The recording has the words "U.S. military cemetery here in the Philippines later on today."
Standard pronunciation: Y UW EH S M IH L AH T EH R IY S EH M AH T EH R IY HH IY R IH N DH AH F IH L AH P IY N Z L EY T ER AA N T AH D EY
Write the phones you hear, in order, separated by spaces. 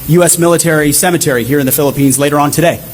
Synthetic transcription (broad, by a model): Y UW EH S M IH L AH T EH R IY S EH M AH T EH R IY HH IY R IH N DH AH F IH L AH P IY N Z L EY T ER AA N T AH D EY